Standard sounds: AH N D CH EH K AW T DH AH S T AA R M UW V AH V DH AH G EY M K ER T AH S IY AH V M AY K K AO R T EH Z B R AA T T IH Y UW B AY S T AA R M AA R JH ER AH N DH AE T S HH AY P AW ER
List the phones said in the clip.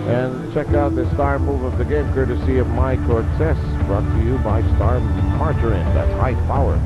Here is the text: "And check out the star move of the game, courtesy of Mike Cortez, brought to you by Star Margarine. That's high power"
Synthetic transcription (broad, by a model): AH N CH EH K AW T DH AH S T AA R M UW V AH V DH AH G EY M K ER T AH S IY AH V M AY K K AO R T EH S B R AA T T IH Y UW B AY S T AA R M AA R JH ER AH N DH AE T S HH AY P AW ER